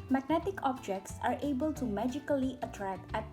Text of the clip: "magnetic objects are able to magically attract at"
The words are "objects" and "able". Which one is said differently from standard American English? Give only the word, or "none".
none